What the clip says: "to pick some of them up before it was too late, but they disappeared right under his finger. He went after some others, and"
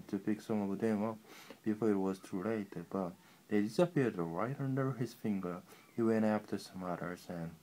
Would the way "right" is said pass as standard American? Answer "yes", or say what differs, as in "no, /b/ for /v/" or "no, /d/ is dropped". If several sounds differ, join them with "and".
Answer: yes